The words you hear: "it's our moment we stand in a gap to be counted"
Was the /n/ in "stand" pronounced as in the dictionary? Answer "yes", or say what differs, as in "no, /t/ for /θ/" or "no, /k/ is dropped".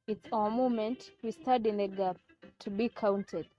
no, /n/ is dropped